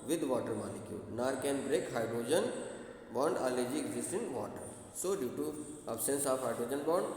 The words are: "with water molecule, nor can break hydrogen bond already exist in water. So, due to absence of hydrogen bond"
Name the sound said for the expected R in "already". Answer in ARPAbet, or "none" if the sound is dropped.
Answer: none